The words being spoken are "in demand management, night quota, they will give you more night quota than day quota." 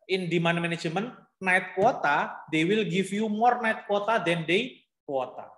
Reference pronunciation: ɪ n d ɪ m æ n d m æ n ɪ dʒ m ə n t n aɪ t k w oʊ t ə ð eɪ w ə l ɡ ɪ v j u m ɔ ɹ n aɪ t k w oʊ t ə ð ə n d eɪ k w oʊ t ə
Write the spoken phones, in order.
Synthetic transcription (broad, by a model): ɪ n d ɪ m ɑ n m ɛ n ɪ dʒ m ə n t n aɪ t k w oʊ t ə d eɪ w ə l ɡ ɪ f j u m ɔ ɹ n aɪ t k w oʊ t ə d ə n d eɪ k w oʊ t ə